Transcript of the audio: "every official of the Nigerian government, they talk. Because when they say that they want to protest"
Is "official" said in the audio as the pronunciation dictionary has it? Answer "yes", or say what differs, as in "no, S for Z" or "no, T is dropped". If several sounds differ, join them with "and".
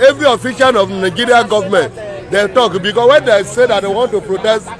no, N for L